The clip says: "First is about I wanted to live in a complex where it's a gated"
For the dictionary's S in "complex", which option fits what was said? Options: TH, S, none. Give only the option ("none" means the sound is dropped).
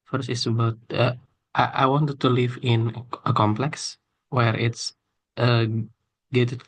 S